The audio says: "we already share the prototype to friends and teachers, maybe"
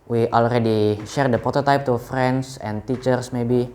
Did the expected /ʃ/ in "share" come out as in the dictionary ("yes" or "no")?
yes